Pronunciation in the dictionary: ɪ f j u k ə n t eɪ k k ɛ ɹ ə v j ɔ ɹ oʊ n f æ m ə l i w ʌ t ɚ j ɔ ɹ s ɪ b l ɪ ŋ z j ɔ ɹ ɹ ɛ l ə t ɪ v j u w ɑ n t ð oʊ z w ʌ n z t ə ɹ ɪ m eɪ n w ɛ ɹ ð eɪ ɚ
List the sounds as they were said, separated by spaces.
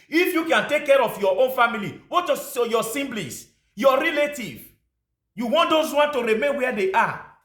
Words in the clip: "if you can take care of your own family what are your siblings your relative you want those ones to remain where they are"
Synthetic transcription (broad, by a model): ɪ f j u k ə n t eɪ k k ɛ ɹ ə f j ɔ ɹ oʊ n f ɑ m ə l i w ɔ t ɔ j ɔ s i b l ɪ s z j ɔ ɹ ɹ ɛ l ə t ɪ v j u w ɑ n t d oʊ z w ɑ n t ə ɹ ɪ m eɪ n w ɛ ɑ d eɪ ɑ